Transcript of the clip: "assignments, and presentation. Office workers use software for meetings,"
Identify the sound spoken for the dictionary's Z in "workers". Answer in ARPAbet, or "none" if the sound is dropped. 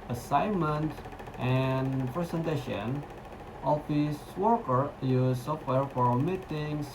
none